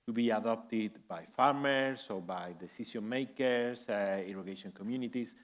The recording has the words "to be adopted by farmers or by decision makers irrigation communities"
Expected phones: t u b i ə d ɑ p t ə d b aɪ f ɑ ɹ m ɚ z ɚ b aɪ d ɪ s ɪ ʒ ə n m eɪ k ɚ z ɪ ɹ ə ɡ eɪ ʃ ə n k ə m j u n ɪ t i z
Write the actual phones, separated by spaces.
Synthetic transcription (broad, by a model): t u b i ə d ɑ p t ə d b aɪ f ɑ ɹ m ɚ s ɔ b aɪ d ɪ s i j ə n m eɪ k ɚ s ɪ ɹ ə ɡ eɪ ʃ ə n k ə m j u n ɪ t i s